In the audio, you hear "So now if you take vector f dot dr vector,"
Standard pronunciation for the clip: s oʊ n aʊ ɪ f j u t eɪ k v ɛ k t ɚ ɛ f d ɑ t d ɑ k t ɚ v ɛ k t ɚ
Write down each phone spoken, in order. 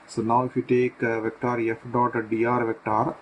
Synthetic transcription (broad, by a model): s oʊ n aʊ ɪ f j u t eɪ k v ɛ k t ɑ ɛ f d ɑ t d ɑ t v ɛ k t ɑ